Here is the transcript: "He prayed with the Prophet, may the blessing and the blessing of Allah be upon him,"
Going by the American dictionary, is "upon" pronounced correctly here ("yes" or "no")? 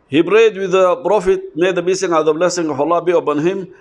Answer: no